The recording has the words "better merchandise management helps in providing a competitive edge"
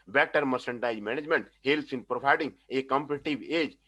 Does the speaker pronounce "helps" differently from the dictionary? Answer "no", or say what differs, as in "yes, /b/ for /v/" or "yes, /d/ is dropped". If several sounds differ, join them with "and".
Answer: yes, /p/ is dropped